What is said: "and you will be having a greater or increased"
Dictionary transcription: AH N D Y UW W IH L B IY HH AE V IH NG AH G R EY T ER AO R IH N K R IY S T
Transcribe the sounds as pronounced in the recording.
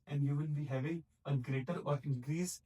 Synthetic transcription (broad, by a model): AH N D Y UW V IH N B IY HH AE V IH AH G R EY T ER AO R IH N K R IY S